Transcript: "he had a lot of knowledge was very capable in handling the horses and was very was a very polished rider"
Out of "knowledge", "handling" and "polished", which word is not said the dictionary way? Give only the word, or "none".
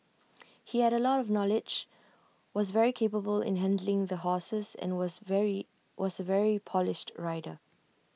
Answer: none